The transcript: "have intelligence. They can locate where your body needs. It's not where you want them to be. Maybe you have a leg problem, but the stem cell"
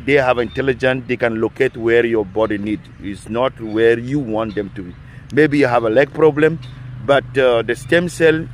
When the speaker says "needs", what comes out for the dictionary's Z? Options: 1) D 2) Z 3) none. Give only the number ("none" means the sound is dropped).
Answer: 3